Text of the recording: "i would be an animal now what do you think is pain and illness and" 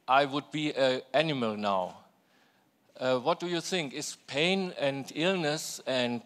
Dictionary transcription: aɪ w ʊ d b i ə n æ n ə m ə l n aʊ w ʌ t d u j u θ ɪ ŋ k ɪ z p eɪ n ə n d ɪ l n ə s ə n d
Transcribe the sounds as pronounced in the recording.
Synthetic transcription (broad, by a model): aɪ w ʊ d b i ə æ n ə m ə l n aʊ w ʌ t d u j u θ ɪ ŋ k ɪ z p eɪ n ə n d ɪ l n ə s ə n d